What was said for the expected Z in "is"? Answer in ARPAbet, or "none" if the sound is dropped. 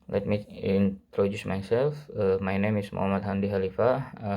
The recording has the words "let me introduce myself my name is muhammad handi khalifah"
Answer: S